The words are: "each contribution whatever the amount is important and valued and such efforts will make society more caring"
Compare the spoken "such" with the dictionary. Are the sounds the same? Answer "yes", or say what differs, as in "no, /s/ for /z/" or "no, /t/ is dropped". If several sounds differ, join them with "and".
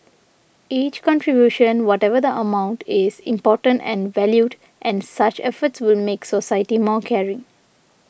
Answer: yes